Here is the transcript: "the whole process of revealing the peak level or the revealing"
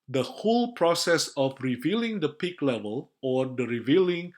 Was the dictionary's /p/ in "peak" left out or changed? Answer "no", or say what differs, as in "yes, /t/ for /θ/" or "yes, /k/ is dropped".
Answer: no